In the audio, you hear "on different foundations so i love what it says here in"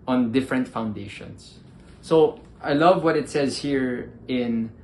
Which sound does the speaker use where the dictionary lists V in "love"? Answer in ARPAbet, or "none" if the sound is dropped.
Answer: V